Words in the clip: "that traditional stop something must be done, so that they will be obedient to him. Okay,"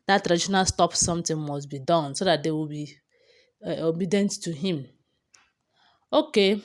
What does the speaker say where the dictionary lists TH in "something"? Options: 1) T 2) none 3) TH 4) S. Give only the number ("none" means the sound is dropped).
1